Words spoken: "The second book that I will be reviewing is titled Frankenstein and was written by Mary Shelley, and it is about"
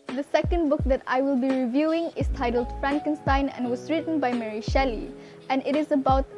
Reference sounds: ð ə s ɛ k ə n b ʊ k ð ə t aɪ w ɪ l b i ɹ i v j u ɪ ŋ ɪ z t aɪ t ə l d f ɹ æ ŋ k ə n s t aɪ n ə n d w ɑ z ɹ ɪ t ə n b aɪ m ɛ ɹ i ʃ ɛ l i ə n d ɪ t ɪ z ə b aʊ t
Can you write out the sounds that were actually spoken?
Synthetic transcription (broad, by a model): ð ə s ɛ k ə n b ʊ k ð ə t aɪ w ɪ l b i ɹ i v j u ɪ ŋ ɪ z t aɪ t ə l d f ɹ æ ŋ k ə n s t aɪ n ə n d w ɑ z ɹ ɪ t ə n b aɪ m ɛ ɹ i ʃ ɛ l i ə n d ɪ t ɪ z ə b aʊ t